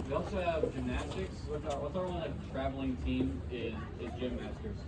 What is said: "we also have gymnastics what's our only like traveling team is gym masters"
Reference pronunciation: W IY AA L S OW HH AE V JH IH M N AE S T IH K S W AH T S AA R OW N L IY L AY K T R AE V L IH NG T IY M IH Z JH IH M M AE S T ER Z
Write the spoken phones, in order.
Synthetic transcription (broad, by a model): W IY AA L S OW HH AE V JH IH M N AE S T IH K S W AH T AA W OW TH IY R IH T R AE V L IH NG T IY M IH Z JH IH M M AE S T ER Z